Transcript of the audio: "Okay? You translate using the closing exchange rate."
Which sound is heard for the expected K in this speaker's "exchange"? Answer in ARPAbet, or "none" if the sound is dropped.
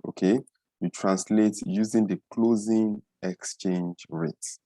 K